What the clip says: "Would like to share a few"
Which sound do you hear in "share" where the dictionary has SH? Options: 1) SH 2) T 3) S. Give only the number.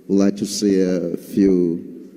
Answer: 3